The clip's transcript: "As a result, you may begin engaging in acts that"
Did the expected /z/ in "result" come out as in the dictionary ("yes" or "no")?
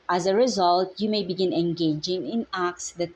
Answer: yes